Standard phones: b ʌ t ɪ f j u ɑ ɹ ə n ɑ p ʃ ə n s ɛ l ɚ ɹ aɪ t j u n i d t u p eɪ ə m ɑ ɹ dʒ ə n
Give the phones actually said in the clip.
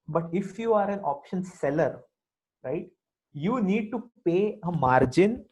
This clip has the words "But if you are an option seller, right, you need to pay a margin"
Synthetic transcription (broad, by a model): b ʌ t ɪ f j u ɑ ɹ ə n ɑ p ʃ ə n s ɛ l ɚ ɹ aɪ t j u n i d t u p eɪ ə m ɑ ɹ dʒ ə n